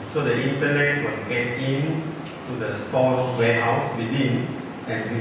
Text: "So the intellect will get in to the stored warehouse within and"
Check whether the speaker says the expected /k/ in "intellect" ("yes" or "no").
no